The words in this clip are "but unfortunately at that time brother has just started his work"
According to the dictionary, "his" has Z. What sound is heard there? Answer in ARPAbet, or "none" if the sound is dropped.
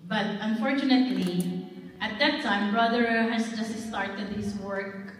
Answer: S